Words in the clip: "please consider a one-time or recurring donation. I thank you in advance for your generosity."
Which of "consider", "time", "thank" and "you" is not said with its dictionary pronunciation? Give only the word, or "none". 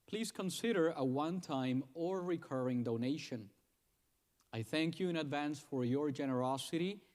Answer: none